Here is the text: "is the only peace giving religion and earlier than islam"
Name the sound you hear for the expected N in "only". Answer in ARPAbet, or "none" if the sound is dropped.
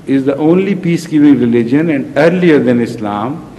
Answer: N